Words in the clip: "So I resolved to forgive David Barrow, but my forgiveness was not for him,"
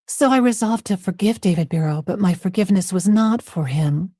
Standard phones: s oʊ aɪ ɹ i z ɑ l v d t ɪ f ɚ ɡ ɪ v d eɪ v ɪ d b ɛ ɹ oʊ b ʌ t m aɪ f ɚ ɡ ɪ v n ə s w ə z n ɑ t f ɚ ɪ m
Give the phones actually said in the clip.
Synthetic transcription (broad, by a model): s oʊ aɪ ɹ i z ɑ l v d t ɪ f ɚ ɡ ɪ v d eɪ v ɪ d b ɛ ɹ oʊ b ʌ t m aɪ f ɚ ɡ ɪ v n ə s w ə z n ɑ t f ɚ ɪ m